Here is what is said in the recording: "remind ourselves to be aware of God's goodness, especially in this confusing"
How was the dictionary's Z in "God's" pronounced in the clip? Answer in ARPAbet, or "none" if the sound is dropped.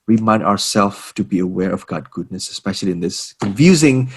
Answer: none